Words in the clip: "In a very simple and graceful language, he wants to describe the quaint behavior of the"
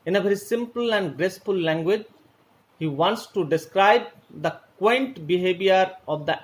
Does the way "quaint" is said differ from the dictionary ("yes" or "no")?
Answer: no